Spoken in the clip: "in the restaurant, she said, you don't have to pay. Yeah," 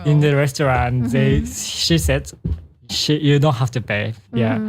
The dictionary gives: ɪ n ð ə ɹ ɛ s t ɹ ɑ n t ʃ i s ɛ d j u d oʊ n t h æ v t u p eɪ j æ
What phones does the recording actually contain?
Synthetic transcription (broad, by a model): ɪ n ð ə ɹ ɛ s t ɹ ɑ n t ʃ i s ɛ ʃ j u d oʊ n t h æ f t u p eɪ j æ